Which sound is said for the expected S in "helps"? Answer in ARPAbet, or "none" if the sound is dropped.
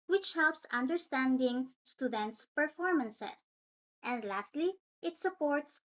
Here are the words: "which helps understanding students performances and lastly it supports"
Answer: S